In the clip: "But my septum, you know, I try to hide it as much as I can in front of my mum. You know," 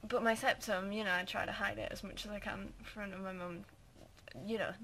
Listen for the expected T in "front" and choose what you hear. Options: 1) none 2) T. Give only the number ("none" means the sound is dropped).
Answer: 1